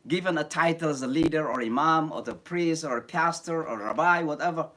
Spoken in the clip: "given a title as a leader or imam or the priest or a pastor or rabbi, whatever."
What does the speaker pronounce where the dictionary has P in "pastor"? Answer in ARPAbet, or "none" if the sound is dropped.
P